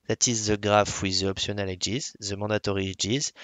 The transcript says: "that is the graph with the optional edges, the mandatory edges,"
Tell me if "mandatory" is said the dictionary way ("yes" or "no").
no